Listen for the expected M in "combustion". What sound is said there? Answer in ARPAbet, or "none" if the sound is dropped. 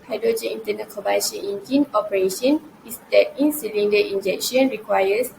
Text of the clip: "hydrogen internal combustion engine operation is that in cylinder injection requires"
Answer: none